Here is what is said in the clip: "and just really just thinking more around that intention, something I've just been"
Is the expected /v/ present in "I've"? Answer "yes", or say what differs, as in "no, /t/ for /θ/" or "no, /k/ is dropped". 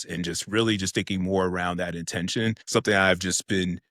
yes